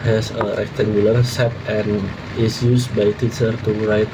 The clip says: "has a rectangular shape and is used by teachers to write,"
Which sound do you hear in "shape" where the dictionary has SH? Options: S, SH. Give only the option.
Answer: S